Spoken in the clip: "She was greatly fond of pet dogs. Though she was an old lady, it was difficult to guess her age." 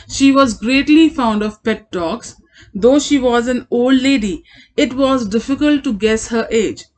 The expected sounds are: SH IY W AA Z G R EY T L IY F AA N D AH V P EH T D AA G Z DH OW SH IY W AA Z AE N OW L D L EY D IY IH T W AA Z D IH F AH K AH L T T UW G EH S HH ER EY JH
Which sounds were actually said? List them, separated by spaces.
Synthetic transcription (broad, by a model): SH IY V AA Z G R EY T L IY F AA N D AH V P EH T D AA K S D OW SH IY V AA Z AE N OW L D L EY D IY IH T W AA Z D IH F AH K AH L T T UW G EH S HH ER EY JH